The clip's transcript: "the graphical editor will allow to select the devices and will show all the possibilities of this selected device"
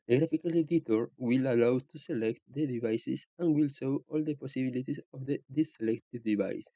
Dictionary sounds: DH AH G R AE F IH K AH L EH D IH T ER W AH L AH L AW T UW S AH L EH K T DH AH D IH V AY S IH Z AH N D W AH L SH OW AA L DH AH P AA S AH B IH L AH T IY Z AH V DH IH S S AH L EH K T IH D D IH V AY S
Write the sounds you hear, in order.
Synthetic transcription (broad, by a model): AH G R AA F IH K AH L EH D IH T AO W AH L AH L AW T UW S AH L EH K T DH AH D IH V AY S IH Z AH N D W AH L S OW AA L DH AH P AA S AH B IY L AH T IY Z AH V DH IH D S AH L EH K T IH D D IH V AY S